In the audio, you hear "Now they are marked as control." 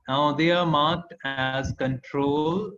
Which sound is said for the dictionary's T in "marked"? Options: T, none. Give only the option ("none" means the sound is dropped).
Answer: T